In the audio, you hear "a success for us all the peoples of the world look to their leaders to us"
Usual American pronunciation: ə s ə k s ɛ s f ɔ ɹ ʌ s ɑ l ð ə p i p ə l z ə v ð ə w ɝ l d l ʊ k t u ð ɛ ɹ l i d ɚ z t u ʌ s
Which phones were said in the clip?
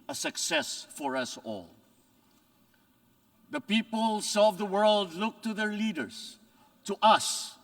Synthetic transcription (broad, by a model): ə s ə k s ɛ s f ɔ ɹ ʌ s ɑ l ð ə p i p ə l s ə v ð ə w ɝ l d l ʊ k t u ð ɛ ɹ l i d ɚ s t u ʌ s